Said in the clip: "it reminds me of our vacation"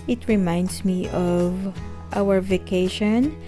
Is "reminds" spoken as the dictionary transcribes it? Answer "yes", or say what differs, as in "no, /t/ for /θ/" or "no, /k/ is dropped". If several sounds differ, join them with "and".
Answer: no, /s/ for /z/